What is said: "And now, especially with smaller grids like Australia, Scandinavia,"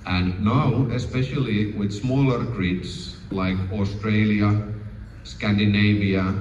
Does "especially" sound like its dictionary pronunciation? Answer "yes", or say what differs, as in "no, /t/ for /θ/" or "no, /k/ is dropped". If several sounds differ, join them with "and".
yes